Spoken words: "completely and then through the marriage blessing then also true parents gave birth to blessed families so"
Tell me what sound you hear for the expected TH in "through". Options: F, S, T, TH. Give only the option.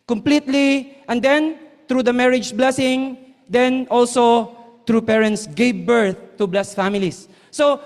T